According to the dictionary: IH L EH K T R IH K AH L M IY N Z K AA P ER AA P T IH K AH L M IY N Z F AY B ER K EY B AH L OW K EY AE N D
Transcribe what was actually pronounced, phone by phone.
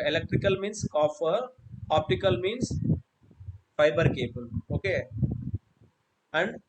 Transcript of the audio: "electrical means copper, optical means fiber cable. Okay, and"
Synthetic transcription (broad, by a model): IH L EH K T R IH K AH L M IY N S K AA F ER AA P T IH K AH L M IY N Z F AY B ER K EY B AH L OW K EY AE N D